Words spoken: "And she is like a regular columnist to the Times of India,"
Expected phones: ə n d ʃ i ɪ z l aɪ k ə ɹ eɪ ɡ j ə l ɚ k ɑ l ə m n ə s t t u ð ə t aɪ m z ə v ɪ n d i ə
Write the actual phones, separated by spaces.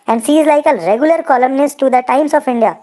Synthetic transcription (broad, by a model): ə n d s i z l aɪ k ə ɹ eɪ ɡ j ə l ɚ k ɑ l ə m n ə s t t u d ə t aɪ m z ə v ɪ n d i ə